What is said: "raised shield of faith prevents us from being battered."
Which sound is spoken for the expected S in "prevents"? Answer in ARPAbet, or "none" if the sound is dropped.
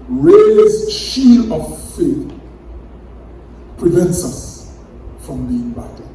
S